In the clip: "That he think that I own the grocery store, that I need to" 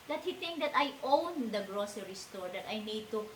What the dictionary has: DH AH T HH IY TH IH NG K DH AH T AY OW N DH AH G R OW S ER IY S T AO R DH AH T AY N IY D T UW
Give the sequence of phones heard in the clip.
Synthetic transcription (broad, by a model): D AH T HH IY T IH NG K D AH T AY OW N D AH G R OW S ER IY S T AO R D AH T AY N IY D T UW